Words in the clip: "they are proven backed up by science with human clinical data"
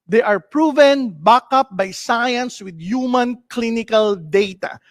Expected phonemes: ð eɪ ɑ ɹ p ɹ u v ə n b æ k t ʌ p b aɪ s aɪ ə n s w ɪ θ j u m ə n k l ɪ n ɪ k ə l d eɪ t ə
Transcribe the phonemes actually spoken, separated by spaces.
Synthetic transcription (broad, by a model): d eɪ ɑ ɹ p ɹ u v ə n b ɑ k ʌ p b aɪ s aɪ ə n s w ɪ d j u m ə n k l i n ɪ k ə l d eɪ t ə